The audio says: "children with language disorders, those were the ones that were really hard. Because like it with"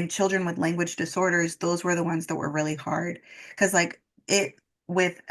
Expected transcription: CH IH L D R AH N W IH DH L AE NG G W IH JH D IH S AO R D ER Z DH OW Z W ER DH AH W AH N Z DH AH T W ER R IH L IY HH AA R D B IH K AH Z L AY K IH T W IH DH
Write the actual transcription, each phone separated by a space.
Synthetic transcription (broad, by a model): CH IH L D R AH N W IH DH L AE NG G W IH JH D IH S AO R D ER Z DH OW Z W ER DH AH W AH N Z DH AH T W ER R IH L IY HH AA R D K AH Z L AY K IH T W IH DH